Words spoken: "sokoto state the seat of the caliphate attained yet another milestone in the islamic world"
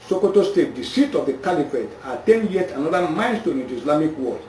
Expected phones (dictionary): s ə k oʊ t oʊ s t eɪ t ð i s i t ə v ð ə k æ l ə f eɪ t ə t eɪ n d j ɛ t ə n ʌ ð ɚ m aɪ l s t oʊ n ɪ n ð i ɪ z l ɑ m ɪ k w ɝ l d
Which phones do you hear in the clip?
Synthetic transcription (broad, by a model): s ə k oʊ t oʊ s t eɪ t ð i s i t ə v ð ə k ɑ l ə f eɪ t ə t eɪ n d j ɛ t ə n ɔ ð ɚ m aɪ n s t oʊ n ɪ n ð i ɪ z l ɑ m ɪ k w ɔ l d